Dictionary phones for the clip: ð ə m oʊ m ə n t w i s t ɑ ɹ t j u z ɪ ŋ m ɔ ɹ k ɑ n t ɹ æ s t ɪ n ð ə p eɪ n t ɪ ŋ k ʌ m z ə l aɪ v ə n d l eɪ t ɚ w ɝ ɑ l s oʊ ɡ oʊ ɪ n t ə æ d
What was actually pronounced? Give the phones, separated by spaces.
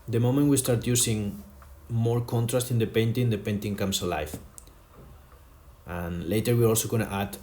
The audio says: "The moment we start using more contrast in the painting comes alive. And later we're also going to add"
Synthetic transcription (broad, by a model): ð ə m oʊ m ə n t w i s t ɑ ɹ t j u s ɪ ŋ m ɔ ɹ k ɑ n t ɹ æ s t ɪ n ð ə p eɪ n t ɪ ŋ k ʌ m s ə l aɪ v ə n l eɪ t ɚ w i ɑ l s oʊ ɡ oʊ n t ə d